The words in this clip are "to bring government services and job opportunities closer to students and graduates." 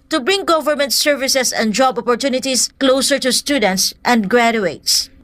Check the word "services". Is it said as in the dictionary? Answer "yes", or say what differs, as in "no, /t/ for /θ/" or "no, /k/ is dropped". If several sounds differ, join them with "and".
no, /s/ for /z/